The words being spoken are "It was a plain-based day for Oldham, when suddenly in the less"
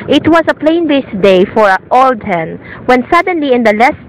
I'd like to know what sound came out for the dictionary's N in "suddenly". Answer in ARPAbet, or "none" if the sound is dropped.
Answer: N